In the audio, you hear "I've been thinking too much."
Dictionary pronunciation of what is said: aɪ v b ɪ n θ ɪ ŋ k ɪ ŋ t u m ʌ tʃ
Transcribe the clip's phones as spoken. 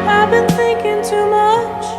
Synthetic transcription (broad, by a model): aɪ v b ɪ n θ ɪ ŋ k ɪ ŋ t u m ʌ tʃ